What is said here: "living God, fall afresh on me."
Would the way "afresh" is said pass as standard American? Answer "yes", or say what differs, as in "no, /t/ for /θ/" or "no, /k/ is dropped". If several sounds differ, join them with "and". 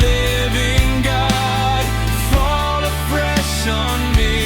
no, /p/ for /f/